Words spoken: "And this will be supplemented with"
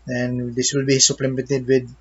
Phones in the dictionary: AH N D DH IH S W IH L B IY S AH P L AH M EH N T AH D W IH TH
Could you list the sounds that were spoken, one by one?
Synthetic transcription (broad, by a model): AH N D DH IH S W IH L B IY S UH P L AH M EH T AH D W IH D